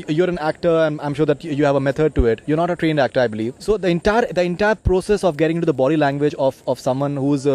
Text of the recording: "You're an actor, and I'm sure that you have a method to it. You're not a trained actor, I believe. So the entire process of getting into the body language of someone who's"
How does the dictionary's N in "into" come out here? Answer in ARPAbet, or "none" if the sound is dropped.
none